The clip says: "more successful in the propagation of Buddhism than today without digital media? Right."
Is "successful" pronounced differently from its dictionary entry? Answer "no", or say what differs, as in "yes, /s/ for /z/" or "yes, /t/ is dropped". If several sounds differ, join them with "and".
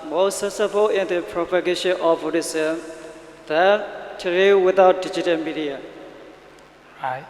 yes, /k/ is dropped